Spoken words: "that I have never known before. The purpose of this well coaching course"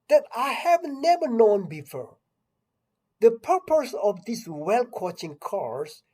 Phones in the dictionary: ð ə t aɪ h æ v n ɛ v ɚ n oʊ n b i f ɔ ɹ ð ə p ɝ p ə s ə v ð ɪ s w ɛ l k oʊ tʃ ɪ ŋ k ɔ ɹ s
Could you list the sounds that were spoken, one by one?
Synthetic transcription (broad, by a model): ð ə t aɪ h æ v n ɛ v ɚ n oʊ n b i f ɔ ɹ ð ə p ɝ p ə s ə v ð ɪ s w ɛ l k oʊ tʃ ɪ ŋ k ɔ ɹ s